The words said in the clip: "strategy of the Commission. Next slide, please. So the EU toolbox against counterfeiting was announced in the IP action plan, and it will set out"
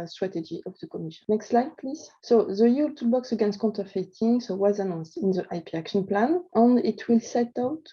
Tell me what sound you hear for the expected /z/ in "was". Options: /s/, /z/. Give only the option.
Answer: /z/